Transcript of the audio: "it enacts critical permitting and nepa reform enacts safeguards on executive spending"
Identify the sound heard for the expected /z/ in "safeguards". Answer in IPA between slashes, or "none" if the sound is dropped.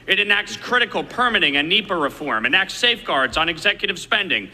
/z/